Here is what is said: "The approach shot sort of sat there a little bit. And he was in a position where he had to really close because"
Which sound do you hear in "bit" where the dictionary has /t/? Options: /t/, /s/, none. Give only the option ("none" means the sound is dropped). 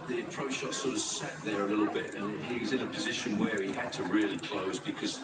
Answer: /t/